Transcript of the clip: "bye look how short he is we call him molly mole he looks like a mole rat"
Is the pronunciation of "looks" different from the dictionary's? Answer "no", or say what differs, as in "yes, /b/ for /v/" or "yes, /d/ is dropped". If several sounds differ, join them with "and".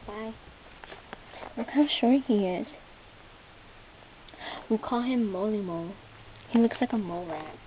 no